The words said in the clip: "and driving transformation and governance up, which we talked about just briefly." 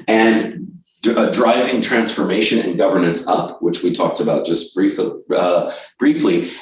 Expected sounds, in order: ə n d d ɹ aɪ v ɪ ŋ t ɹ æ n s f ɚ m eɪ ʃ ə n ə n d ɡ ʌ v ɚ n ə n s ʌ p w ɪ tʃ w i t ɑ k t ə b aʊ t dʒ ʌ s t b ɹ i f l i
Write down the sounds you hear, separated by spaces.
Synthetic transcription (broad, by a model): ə n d d ɹ aɪ v ɪ ŋ t ɹ æ n s f ɚ m eɪ ʃ ə n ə n ɡ ʌ v ɚ n ə n s ʌ p w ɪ tʃ w i t ɑ k t ə b aʊ t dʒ ʌ s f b ɹ i f l i